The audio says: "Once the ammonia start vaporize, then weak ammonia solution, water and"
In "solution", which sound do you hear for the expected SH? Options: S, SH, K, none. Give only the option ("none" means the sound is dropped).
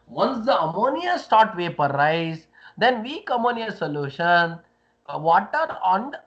SH